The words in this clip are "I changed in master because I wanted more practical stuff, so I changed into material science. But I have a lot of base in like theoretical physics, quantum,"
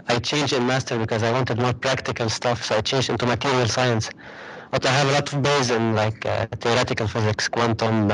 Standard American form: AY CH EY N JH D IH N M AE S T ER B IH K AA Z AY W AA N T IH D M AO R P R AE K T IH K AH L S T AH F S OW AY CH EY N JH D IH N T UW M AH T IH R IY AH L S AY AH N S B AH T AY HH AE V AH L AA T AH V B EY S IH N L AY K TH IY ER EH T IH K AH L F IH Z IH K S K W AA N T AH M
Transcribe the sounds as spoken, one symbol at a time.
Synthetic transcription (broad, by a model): AY CH EY N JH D IH N M AE S T ER B IH K AA Z AY W AA N T IH D M AO R P R AE K T IH K AH L S T AH F S OW AY CH EY N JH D IH N T UW M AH T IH R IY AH L S AY AH N S B AH T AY HH AE V AH L AA T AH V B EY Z IH N L AY K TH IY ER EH T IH K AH L F IH Z IH K S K W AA N T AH M